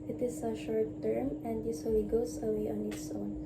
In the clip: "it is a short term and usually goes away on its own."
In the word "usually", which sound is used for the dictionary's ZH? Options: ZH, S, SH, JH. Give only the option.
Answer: S